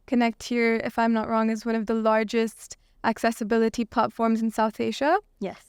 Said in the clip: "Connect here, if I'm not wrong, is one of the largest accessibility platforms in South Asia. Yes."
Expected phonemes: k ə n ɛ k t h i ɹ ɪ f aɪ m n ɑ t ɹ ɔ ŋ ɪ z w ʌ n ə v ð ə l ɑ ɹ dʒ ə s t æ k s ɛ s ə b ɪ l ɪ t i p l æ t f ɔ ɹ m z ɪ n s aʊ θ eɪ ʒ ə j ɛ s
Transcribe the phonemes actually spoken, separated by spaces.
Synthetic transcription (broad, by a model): k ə n ɛ k t h i ɹ ɪ f aɪ m n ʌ t ɹ ɔ ŋ ɪ z w ʌ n ə v ð ə l ɑ ɹ dʒ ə s t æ k s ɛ s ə b ɪ l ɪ t i p l æ t f ɔ ɹ m z n s aʊ θ eɪ ʒ ə j ɛ s